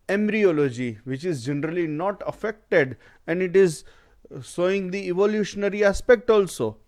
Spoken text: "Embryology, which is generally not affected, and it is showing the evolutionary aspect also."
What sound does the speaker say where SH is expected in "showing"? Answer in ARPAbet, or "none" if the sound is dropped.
S